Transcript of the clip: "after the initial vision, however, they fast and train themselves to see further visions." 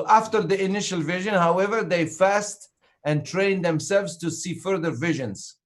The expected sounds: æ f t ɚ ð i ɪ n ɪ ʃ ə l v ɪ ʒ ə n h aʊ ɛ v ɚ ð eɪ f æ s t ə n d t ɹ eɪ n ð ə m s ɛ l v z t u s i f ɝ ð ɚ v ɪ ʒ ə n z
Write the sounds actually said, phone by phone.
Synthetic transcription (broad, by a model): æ f t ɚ ð i ɪ n ɪ ʃ ə l v ɪ ʒ ə n h aʊ ɛ v ɚ ð eɪ f æ s t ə n t ɹ eɪ n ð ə m s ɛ l v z t u s i f ɝ ð ɚ v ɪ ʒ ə n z